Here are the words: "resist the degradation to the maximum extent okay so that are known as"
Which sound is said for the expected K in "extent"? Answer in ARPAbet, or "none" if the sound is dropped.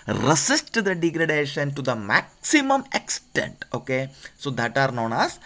K